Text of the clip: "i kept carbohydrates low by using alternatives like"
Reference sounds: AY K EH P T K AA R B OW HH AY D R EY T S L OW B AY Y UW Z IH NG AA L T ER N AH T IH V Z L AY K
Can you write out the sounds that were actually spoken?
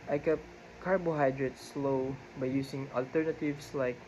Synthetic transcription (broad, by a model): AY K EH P K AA R B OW HH AY D R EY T S L OW B AY Y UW S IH NG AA L T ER N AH T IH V S L AY K